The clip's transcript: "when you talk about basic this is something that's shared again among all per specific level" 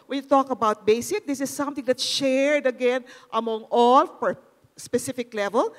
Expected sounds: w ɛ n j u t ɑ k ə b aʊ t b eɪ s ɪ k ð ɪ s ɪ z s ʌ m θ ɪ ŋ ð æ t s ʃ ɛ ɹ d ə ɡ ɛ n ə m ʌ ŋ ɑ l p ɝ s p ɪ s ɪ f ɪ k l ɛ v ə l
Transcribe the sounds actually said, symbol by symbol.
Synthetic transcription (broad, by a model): w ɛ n j u t ɑ k ə b aʊ t b eɪ s ɪ k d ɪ s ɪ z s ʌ m t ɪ ŋ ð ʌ t ʃ ɛ ɹ d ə ɡ ɛ n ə m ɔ ŋ ɑ l f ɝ s p ɪ s ɪ f ɪ k l ɛ v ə l